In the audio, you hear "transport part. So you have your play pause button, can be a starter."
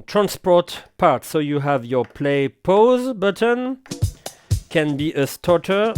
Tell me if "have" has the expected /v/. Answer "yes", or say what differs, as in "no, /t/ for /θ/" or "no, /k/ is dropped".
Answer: yes